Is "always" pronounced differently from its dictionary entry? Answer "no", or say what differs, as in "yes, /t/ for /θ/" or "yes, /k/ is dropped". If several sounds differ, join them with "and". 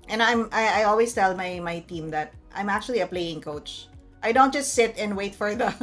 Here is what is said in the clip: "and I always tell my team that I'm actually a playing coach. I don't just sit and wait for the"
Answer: yes, /s/ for /z/